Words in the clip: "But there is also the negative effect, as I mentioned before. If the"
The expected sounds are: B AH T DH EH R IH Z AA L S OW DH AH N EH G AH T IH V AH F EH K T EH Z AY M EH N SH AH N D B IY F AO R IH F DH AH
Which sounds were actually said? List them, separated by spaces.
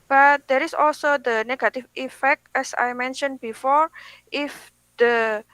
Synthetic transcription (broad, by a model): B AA T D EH R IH S AA L S OW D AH N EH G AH T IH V AH F EH K T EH S AY M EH N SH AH N B IY F AO R IH F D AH